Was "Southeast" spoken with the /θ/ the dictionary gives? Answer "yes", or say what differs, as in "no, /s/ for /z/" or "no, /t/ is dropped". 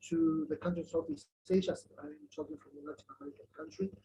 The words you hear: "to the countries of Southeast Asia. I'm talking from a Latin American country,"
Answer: no, /f/ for /θ/